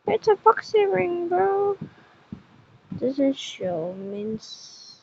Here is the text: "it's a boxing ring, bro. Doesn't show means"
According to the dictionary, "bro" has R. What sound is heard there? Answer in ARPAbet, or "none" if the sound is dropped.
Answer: none